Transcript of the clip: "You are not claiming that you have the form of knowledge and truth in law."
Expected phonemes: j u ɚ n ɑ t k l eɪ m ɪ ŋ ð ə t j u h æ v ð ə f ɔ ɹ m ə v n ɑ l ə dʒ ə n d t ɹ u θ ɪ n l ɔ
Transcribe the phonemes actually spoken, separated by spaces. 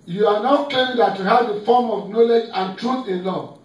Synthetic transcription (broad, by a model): j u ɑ n ɑ t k eɪ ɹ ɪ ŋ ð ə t j u h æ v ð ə f ɔ m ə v n ɑ l ə dʒ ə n t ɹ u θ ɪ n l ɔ